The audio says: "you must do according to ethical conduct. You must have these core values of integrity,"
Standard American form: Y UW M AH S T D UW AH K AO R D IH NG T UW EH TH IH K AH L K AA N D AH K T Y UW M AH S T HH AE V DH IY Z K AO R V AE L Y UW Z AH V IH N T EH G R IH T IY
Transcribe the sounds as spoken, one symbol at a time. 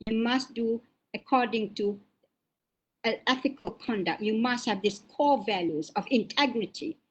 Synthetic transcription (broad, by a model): Y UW M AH S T D UW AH K AO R D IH NG T UW EH TH IH K AH L K AA N D AH K T Y UW M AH S T HH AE V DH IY S K AO V AE L Y UW Z AH V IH N T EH G R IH T IY